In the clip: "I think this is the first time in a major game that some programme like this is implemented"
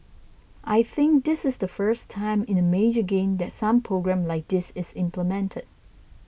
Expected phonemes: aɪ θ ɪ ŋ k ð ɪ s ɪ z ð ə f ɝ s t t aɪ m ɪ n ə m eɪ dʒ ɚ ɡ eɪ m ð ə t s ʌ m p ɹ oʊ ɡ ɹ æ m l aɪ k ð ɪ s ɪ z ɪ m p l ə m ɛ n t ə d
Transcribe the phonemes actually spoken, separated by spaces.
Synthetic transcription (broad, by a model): aɪ θ ɪ ŋ k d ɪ s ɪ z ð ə f ɝ s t t aɪ m ɪ n ə m eɪ dʒ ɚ ɡ eɪ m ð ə t s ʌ m p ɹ oʊ ɡ ɹ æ m l aɪ k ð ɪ s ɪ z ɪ m p l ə m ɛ n t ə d